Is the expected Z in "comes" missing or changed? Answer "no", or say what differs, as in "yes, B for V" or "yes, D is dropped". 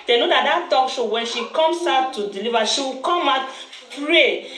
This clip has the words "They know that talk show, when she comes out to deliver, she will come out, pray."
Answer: yes, S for Z